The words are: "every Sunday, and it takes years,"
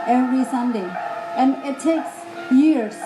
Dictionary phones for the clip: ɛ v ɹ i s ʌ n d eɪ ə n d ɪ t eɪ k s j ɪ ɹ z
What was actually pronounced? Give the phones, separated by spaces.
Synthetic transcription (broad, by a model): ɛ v ɹ i s ʌ n d eɪ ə n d ɪ t eɪ k s j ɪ ɹ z